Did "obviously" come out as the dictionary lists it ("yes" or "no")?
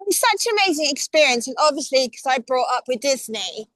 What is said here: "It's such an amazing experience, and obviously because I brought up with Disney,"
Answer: yes